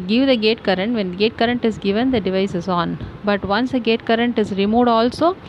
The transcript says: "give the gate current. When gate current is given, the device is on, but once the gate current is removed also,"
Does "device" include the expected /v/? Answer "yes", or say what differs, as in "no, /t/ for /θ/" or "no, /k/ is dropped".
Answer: yes